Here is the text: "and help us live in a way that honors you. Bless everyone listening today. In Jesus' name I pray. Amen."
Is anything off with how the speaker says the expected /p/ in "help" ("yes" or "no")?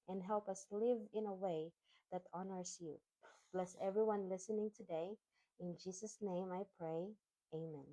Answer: no